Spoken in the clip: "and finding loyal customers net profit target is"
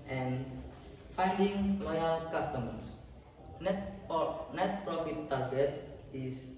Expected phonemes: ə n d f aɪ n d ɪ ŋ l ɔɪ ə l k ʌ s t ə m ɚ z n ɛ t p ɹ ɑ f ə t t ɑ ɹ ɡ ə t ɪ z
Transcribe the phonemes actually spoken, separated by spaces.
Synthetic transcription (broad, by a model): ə n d f aɪ n d ɪ ŋ l ɔɪ ə l k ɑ s t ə m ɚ s n ɛ t p ɹ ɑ f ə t t ɑ ɹ ɡ ə t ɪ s